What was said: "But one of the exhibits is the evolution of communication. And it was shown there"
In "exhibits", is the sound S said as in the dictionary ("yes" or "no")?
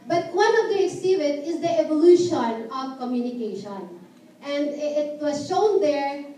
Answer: no